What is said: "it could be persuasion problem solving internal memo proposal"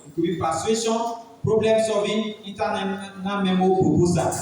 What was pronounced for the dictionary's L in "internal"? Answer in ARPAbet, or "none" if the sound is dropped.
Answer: N